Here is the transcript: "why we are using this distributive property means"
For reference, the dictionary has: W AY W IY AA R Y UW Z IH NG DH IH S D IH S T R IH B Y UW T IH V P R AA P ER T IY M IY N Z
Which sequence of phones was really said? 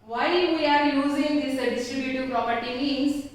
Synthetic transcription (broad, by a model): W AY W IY AA R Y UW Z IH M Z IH D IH S T R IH B Y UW T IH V P R AA P ER T IY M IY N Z